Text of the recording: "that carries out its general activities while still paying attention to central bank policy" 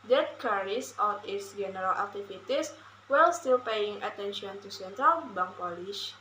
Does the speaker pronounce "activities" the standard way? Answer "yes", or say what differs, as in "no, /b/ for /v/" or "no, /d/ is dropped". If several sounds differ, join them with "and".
no, /f/ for /v/ and /s/ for /z/